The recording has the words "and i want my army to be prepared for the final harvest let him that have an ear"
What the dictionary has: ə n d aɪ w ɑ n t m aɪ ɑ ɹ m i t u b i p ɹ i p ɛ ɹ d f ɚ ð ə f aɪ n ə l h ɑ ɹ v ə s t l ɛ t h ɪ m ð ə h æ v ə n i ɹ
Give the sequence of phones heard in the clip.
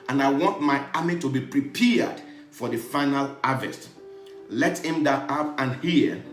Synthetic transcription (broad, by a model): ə n aɪ w ɑ n t m aɪ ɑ m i t u b i p ɹ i p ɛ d f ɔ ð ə f aɪ n ə l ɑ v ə s t l ɛ t h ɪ m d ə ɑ p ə n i